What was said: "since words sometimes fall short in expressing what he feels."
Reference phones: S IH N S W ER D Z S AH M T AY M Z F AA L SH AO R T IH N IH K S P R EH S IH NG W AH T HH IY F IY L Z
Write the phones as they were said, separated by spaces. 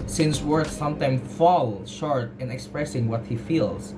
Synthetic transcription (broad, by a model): S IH N S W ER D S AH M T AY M F AA L SH AO R T IH N IH K S P R EH S IH NG W AH T HH IY F IY L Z